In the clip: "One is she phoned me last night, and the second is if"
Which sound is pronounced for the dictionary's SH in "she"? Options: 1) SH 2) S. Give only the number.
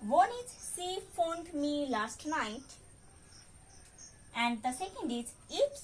2